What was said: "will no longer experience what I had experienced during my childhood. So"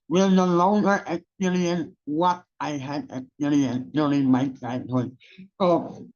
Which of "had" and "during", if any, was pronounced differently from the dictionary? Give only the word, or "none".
during